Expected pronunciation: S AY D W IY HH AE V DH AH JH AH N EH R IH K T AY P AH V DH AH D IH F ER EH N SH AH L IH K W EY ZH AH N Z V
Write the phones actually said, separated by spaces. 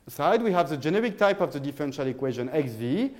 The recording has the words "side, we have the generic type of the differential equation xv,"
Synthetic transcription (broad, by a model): S AY D W IY HH AE V DH AH JH AH N EH R IH K T AY P AH V DH AH D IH F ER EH N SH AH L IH K W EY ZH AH N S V